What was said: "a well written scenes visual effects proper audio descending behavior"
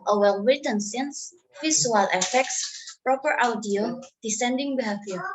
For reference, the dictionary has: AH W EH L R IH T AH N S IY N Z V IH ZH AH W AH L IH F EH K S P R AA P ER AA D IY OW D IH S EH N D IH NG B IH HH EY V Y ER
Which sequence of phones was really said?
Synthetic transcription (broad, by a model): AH W EH L W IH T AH N S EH N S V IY S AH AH L IH F EH K S P R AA P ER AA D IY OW D IH S EH N D IH NG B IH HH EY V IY